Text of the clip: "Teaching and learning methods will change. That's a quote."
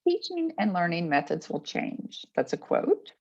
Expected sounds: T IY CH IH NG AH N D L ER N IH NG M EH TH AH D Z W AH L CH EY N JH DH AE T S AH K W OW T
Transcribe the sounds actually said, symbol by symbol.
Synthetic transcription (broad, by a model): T IY CH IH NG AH N L ER N IH NG M EH TH AH D Z W AH L CH EY N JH DH AE T S AH K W OW T